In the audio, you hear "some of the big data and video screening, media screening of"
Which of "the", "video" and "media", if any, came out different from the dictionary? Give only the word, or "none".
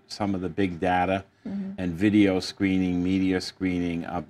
none